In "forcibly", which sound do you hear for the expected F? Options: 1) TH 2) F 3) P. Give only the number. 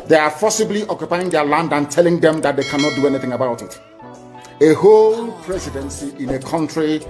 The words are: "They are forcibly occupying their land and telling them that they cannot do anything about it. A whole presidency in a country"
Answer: 3